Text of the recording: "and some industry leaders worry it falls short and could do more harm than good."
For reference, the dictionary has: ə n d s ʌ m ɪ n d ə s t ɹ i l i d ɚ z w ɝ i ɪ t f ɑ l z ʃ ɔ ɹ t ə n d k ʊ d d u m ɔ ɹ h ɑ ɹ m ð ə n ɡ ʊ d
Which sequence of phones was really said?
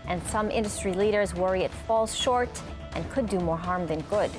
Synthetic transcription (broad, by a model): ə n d s ʌ m ɪ n d ə s t ɹ i l i d ɚ z w ɝ i ɪ t f ɑ l z ʃ ɔ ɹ t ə n k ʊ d d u m ɔ ɹ h ɑ ɹ m ð ə n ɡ ʊ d